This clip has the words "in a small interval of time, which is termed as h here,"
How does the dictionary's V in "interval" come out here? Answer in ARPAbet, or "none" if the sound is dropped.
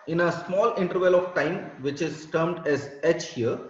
V